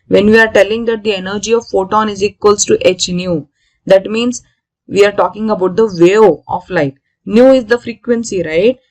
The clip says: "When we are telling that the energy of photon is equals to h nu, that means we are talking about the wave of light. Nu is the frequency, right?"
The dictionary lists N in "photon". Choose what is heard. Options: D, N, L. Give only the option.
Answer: N